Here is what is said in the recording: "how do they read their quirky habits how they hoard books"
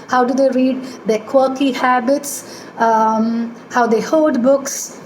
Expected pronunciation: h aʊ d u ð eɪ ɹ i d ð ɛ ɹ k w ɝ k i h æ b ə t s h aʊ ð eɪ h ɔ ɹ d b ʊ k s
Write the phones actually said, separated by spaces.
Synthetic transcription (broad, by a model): h aʊ d u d eɪ ɹ i d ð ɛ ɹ k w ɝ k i h æ b ə t s h aʊ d eɪ h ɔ l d b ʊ k s